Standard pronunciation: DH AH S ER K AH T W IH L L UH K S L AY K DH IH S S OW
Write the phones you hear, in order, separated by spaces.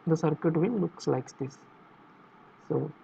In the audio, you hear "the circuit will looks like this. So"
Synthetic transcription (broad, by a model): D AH S ER K AH T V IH N L UH K S L AY K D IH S S OW